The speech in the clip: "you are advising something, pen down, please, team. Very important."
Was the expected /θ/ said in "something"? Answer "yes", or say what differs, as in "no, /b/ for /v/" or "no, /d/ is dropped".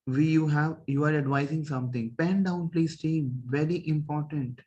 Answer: no, /t/ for /θ/